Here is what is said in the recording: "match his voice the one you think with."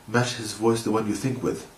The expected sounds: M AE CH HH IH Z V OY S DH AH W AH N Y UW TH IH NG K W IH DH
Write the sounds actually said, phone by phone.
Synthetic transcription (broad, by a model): M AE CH HH IH Z V OY S DH AH W AH N Y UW TH IH NG K W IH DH